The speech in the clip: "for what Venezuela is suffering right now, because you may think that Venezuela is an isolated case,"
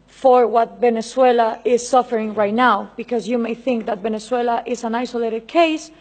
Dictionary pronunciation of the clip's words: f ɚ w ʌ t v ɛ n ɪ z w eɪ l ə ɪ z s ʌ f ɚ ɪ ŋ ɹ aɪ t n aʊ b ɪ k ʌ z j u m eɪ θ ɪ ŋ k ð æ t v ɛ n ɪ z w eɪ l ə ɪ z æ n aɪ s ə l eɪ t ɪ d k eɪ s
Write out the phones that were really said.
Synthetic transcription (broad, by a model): f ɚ w ʌ t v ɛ n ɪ s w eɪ l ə ɪ z s ʌ f ɚ ɪ ŋ ɹ aɪ t n aʊ b ɪ k ʌ z j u m eɪ θ ɪ ŋ k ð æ t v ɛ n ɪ s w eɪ l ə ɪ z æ n aɪ s ə l eɪ t ɪ d k eɪ s